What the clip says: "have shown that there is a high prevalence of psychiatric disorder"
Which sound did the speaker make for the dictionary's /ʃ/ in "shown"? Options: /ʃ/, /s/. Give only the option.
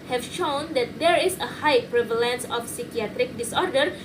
/ʃ/